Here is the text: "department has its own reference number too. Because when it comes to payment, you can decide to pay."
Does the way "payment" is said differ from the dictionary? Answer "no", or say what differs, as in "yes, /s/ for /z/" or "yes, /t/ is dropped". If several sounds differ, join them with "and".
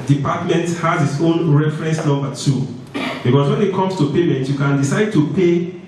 no